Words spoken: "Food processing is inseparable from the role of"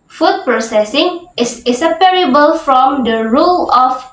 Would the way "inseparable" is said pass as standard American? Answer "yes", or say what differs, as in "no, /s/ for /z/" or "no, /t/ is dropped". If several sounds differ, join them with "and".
no, /n/ is dropped